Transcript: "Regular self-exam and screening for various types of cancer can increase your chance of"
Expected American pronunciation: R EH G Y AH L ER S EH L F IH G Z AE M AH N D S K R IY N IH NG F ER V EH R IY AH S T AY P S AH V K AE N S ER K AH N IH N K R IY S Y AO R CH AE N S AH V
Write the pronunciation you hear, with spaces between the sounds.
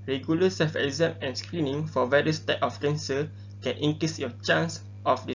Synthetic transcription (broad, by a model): R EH G Y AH L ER S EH F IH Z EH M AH N S K R IY N IH NG F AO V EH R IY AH S T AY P AH F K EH N S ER K AH N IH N K R IY S Y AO CH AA N S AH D